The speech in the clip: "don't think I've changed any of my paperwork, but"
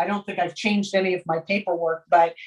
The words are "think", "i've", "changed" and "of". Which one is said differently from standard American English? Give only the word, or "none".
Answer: none